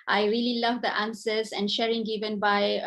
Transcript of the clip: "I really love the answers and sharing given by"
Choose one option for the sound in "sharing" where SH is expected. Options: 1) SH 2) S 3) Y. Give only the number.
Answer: 1